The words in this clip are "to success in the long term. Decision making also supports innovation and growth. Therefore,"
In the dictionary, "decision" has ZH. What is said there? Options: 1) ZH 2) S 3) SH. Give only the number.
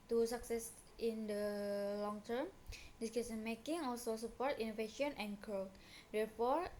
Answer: 2